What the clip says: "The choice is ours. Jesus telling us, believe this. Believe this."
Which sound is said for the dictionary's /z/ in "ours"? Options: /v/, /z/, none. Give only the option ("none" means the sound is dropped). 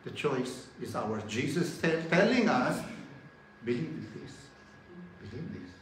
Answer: none